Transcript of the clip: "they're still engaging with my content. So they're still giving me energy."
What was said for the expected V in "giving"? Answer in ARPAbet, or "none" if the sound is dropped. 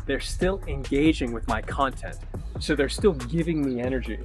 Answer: V